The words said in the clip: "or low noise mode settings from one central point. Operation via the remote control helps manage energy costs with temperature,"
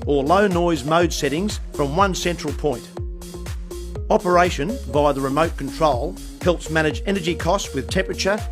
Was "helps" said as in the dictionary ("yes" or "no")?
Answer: yes